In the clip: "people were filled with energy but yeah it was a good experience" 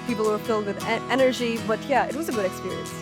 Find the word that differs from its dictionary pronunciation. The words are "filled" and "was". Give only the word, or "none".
none